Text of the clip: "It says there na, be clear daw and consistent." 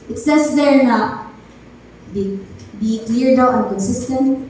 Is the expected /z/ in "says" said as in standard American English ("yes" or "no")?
no